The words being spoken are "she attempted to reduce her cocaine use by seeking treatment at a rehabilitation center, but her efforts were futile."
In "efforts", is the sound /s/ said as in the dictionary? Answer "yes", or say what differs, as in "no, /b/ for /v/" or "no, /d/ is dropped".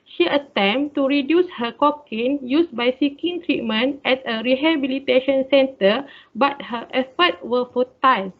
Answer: no, /s/ is dropped